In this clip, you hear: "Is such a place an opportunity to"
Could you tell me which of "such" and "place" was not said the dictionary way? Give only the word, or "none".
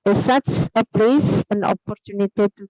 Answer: such